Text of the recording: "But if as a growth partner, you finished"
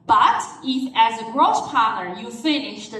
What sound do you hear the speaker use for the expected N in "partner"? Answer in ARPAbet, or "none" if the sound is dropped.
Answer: none